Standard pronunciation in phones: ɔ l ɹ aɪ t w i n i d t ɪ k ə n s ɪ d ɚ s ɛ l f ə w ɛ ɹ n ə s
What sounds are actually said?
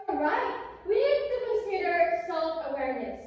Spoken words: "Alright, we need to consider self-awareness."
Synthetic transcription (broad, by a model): ɹ aɪ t w i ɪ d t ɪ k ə s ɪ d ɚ s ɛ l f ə w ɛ ɹ n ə s